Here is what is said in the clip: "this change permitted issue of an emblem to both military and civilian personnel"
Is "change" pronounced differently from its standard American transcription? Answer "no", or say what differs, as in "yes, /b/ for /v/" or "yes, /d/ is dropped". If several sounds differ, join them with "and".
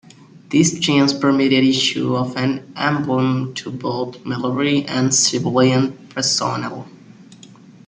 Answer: yes, /z/ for /dʒ/